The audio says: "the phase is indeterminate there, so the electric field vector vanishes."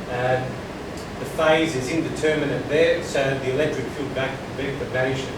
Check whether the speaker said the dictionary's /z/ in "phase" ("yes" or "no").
yes